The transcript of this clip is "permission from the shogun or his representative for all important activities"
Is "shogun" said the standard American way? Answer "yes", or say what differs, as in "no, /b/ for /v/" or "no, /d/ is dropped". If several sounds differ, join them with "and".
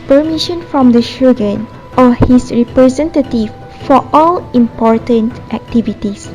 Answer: yes